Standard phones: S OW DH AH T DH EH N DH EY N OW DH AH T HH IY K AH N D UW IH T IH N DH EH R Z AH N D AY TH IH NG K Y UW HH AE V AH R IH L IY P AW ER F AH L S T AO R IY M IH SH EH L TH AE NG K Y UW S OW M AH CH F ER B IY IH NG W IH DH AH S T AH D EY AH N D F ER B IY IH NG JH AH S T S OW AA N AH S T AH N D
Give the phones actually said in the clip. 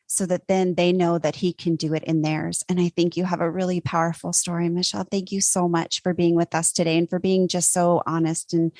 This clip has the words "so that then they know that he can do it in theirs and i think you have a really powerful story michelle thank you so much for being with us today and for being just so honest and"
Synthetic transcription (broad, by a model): S OW DH AH T DH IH N DH EY N OW DH AH T HH IY K AH N D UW IH T IH N DH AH R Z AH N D AY TH IH NG K Y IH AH V AH R IH L IY P AW ER F L S T AO R IY M IH SH EH L TH AE NG K Y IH S OW M AH CH F ER B IY IH NG W IH DH AH S T AH D EY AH N F ER B IY IH NG JH AH S T S OW AA N AH S T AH N